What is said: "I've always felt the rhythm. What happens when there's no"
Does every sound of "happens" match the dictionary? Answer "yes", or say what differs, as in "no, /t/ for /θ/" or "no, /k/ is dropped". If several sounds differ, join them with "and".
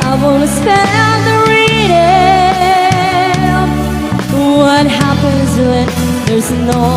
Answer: yes